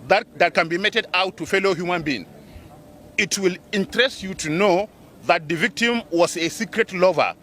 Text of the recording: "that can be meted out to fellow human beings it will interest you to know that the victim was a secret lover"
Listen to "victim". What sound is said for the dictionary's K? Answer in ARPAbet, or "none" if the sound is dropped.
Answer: K